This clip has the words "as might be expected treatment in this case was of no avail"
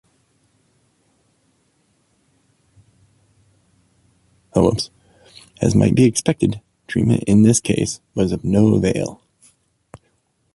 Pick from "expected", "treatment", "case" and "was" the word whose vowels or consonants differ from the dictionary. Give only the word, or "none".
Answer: treatment